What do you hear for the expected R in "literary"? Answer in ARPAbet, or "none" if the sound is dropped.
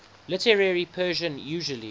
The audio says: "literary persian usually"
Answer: R